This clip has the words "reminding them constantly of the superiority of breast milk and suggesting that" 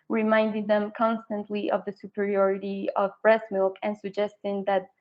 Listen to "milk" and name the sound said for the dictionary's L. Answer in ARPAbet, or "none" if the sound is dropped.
L